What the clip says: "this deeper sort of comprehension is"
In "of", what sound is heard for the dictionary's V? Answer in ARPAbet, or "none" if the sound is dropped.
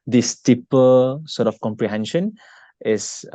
F